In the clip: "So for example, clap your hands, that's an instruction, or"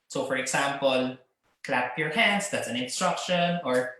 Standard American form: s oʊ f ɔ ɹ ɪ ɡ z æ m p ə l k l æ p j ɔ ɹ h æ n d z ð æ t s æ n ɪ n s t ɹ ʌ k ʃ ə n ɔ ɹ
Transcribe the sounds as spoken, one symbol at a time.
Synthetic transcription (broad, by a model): s oʊ f ɔ ɹ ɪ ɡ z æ m p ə l k l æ p j ɔ ɹ h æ n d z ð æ t s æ n ɪ n s t ɹ ʌ k ʃ ə n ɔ ɹ